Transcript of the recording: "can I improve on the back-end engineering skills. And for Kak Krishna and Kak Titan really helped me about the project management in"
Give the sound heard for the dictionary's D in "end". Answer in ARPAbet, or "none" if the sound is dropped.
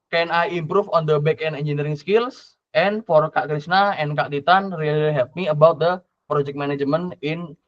none